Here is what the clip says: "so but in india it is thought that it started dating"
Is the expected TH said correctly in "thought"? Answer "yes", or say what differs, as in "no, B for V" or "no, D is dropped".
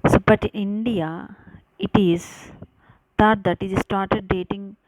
no, T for TH